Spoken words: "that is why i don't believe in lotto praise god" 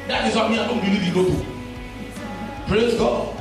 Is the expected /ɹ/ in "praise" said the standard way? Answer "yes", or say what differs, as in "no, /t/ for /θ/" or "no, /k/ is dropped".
yes